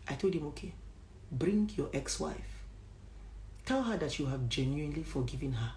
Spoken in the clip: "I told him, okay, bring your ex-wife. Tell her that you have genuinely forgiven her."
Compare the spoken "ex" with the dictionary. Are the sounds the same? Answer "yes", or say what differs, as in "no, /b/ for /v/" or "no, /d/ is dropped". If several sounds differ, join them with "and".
yes